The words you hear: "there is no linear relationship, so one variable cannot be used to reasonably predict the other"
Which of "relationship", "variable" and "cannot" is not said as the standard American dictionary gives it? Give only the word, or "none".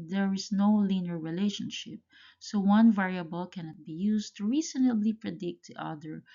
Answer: none